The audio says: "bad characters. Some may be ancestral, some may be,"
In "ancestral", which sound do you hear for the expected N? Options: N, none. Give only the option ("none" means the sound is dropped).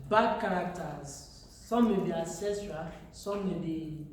none